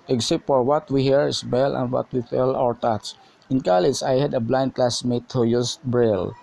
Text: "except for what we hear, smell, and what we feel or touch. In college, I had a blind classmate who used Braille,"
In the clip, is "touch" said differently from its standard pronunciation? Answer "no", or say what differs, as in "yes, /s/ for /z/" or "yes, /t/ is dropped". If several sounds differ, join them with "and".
yes, /s/ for /tʃ/